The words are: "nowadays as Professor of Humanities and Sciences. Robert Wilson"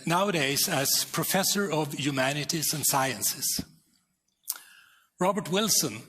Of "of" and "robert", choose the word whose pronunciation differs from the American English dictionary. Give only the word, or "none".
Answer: none